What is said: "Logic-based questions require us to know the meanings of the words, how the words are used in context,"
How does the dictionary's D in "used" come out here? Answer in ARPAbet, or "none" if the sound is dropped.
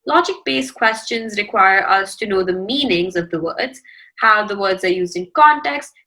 D